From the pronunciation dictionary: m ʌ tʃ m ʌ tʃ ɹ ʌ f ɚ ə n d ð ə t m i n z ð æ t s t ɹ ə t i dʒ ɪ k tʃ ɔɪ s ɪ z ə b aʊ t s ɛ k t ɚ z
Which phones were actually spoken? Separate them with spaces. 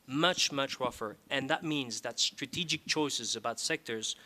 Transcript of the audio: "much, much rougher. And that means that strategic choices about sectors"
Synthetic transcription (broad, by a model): m ʌ tʃ m ʌ tʃ ɹ ʌ f ɚ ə n ð ə t m i n z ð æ t s t ɹ ə t i dʒ ɪ k tʃ ɔɪ s ɪ z ə b aʊ t s ɛ k t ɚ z